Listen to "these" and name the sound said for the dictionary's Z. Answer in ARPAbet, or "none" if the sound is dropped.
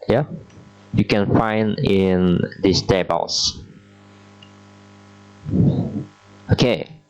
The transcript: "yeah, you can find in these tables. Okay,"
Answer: S